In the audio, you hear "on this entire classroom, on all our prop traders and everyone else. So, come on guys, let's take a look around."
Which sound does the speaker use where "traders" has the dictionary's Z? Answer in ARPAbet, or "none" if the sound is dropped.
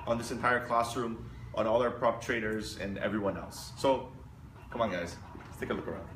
Z